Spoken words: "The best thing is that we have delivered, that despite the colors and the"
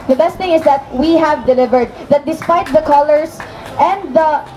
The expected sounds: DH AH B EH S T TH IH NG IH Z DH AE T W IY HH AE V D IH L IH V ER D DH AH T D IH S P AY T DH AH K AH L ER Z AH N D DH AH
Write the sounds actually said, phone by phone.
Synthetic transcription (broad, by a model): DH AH B EH S T TH IH NG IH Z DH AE T W IY HH AE V D IH L IH V ER D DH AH T D IH S P AY T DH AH K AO L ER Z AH N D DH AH